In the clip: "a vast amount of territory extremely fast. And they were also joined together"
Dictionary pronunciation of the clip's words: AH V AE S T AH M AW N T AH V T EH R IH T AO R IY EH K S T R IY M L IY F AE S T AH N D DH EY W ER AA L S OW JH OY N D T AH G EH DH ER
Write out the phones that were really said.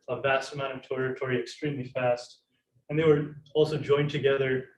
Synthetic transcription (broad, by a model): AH V AE S T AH M AW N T AH V T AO R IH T AO R IY EH K S T R IY M L IY F AE S T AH N DH EY W ER AA L S OW JH OY N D T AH G EH DH ER